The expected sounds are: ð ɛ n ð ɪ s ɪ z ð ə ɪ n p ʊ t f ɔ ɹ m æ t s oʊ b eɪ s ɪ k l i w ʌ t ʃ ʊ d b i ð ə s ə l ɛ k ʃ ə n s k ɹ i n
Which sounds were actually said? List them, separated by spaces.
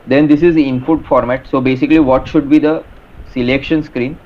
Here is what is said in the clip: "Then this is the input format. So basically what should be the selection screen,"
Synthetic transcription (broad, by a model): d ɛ n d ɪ s ɪ z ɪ n f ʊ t f ɔ ɹ m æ t s oʊ b eɪ s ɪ k l i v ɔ t ʃ ʊ d b i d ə s ə l ɛ k ʃ ə n s k ɹ i n